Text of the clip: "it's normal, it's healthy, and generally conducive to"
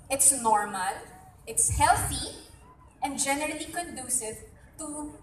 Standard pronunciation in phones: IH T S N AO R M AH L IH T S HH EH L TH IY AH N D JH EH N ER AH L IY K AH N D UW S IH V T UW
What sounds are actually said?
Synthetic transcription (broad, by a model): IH T S N AO R M AH L IH T S HH EH L TH IY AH N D JH EH N ER AH L IY K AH N D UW S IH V T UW